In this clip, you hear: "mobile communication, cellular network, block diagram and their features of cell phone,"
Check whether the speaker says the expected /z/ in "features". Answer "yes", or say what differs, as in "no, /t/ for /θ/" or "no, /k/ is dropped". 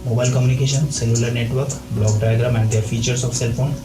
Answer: no, /s/ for /z/